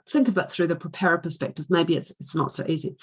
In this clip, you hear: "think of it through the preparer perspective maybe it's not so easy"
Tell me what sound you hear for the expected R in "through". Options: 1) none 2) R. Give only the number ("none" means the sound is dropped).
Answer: 2